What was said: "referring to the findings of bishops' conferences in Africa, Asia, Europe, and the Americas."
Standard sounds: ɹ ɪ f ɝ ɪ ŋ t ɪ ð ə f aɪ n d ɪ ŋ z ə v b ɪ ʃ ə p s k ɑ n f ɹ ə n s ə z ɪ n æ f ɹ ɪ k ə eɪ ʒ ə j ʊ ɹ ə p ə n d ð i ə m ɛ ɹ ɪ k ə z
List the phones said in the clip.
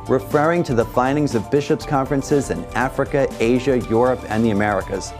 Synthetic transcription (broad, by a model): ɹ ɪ f ɝ ɪ ŋ t ɪ ð ə f aɪ n d ɪ ŋ z ə v b ɪ ʃ ə p s k ɑ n f ɹ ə n s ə z ɪ n æ f ɹ ɪ k ə eɪ ʒ ə j ʊ ɹ ə p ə n ð i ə m ɛ ɹ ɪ k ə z